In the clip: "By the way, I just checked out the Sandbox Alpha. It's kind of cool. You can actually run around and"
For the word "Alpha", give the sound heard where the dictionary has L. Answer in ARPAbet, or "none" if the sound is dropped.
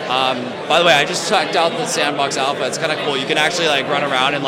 L